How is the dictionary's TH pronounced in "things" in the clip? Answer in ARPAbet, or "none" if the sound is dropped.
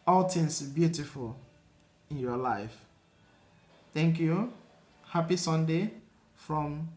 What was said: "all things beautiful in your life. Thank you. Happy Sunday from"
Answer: T